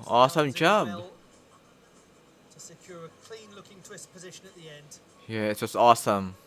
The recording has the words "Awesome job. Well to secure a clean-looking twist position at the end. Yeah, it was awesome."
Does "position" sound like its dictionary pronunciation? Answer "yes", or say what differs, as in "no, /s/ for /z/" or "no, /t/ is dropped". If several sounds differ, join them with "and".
yes